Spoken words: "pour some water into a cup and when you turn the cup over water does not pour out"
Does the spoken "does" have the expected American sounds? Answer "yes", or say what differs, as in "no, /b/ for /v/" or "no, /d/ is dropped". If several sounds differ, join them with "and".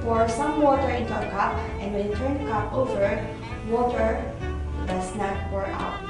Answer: no, /s/ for /z/